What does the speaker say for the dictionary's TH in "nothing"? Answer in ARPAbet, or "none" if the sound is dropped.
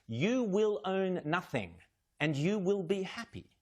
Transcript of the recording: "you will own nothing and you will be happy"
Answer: TH